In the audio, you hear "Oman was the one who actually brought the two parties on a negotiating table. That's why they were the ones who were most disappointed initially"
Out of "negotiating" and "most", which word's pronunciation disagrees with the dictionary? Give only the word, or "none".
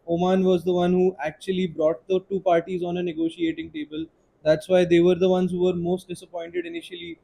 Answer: none